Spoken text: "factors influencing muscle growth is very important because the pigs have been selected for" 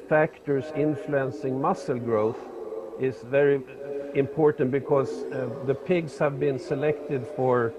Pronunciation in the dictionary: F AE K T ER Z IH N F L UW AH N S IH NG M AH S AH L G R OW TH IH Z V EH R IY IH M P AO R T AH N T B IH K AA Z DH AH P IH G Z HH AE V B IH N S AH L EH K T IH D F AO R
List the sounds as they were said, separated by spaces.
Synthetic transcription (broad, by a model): F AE K T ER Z IH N F L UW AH N S IH NG M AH S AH L G R OW TH IH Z V EH R IY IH M P AO R T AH N T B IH K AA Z DH AH P IH G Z HH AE V B IH N S AH L EH K T IH D F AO R